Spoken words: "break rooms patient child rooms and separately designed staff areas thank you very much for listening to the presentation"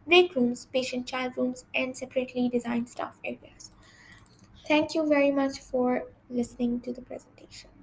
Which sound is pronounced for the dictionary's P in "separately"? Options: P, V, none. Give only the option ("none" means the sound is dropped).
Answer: P